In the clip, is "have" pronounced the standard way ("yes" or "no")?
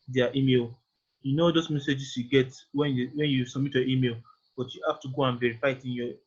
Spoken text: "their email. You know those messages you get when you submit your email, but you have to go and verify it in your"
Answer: no